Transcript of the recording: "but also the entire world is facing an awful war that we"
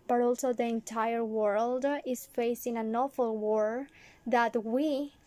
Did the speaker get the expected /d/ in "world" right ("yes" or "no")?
yes